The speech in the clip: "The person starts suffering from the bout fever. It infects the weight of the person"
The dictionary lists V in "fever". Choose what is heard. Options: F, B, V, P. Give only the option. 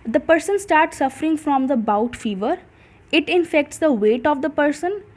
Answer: V